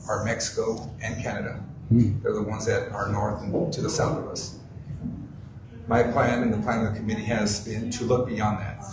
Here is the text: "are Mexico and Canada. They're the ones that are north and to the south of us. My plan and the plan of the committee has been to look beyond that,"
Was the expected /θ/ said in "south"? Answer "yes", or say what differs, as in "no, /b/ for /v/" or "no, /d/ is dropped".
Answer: yes